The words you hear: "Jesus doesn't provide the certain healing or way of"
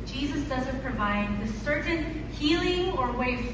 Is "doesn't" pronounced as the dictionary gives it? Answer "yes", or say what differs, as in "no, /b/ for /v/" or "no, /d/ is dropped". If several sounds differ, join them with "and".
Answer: yes